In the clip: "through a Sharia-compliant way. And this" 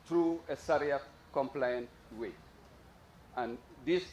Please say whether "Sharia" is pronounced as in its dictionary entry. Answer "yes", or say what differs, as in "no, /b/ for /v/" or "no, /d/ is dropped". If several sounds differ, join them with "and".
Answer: no, /s/ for /ʃ/